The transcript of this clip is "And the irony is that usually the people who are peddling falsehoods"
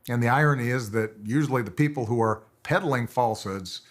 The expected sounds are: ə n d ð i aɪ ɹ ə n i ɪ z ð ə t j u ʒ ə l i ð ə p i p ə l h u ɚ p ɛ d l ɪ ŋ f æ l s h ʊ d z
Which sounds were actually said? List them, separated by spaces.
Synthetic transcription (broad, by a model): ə n ð i aɪ ɹ ə n i ɪ z ð ə t j u ʒ l i ð ə p i p l h u ɚ p ɛ d l ɪ ŋ f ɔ l s h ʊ d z